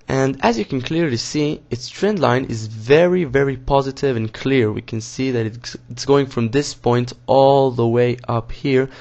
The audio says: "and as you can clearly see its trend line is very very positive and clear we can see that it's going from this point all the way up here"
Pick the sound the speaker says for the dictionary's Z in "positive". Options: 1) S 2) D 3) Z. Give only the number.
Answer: 3